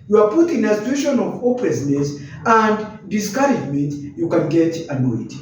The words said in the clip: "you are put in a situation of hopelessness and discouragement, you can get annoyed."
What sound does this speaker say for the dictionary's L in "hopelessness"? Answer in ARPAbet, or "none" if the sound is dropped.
none